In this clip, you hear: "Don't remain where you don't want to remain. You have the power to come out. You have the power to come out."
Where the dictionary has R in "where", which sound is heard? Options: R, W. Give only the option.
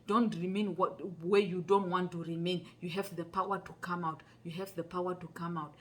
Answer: W